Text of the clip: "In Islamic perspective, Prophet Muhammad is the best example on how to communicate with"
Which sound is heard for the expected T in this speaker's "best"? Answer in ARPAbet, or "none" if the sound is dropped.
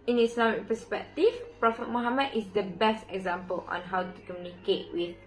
T